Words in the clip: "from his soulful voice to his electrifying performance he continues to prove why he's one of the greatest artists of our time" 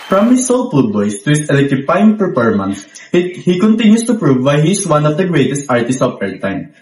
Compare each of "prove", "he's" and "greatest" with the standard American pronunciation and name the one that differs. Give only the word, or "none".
he's